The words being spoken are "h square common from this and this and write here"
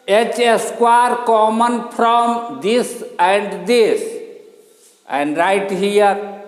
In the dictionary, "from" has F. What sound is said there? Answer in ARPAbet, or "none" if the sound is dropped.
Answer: P